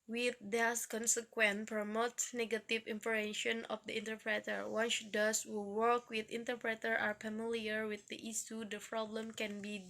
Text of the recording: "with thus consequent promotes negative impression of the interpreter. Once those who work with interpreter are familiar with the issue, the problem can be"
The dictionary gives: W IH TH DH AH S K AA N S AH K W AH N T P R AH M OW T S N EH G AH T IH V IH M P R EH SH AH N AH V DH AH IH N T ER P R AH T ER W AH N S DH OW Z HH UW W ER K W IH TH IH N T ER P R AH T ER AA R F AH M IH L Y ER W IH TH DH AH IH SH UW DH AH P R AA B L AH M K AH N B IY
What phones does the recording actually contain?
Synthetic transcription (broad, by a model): W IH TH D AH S K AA N S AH K W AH N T P R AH M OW T N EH G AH T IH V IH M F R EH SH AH N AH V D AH IH N T ER P R AH T ER W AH N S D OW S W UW W ER K W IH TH IH N T ER P R AH T ER AA R F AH M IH L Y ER W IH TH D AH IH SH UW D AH P R AA B L AH M K AH N B IY